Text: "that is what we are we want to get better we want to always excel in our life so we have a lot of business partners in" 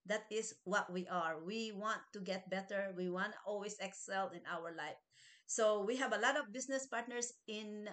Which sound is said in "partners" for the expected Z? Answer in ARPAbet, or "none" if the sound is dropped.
S